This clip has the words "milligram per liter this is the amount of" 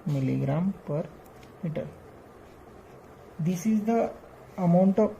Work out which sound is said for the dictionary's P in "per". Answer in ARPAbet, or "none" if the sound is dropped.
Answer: P